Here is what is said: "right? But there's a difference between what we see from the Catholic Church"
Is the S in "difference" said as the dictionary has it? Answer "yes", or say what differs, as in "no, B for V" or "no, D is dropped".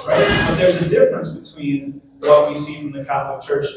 yes